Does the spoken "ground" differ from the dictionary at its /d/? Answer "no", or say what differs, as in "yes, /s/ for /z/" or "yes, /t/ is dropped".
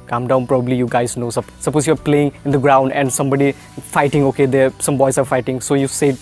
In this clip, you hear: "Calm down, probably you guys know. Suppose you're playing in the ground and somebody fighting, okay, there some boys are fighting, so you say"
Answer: no